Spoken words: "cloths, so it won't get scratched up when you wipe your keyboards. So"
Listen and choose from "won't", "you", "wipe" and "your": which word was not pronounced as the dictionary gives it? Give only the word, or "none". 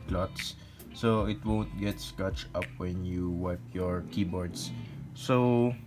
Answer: none